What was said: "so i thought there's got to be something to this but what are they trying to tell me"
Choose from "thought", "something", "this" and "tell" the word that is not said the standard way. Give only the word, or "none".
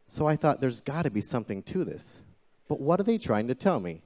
none